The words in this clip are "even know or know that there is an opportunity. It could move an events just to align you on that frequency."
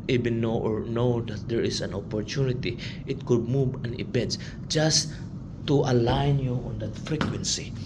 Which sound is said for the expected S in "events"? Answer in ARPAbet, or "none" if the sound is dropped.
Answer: none